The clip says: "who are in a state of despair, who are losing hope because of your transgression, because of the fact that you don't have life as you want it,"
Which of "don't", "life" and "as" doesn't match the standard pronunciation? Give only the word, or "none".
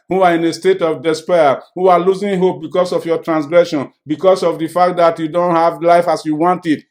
as